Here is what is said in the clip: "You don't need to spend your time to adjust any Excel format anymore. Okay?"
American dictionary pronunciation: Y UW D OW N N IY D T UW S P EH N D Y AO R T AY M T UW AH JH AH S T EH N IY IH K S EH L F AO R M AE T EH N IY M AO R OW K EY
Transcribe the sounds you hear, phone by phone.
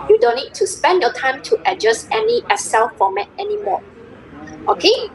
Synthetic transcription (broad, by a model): Y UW D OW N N IY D T UW S P EH N D Y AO T AY M T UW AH JH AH S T EH N IY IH S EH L F AO M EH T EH N IY M AO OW K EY